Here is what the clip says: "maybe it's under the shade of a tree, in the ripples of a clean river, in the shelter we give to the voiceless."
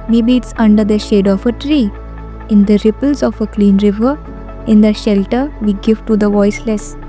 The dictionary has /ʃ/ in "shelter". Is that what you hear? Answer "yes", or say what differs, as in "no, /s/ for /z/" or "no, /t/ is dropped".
yes